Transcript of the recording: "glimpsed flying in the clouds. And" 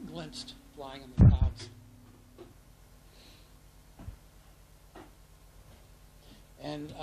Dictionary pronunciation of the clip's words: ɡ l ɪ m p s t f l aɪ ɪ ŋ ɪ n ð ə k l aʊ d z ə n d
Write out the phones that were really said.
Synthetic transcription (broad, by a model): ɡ l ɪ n s t f l aɪ ɪ ŋ ɪ n ð ə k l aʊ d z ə n